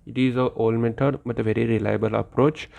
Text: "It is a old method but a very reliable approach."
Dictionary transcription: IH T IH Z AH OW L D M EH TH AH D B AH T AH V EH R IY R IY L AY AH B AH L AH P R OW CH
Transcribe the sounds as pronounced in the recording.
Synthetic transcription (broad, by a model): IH T IH Z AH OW L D M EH T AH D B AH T AH V EH R IY R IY L AY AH B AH L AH P R OW CH